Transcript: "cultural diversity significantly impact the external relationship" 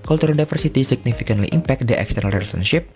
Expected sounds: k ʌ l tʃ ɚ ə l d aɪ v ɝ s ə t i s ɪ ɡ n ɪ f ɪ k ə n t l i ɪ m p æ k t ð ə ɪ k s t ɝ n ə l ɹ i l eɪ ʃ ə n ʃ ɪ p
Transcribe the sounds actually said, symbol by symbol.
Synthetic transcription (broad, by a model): k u l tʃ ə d d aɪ f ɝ s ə t i s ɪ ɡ n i f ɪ k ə n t l i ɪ m p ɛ k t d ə ɪ k s t ɝ n ə l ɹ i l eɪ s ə n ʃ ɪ p